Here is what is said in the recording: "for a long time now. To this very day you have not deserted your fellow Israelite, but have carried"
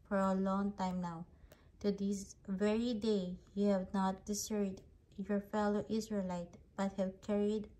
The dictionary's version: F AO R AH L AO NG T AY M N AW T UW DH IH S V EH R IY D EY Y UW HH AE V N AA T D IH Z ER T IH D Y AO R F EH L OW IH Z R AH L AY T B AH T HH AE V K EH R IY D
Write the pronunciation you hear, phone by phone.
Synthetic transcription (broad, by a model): F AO R AH L AO NG T AY M N AW T UW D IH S V EH R IY D EY Y UW HH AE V N AA T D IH S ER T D Y AO R F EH L OW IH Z R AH L AY T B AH T HH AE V K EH R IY D